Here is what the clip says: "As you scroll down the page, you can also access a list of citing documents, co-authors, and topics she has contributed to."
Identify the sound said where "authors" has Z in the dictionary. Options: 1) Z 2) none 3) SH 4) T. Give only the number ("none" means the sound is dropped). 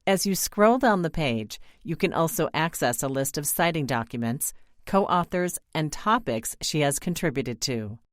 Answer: 1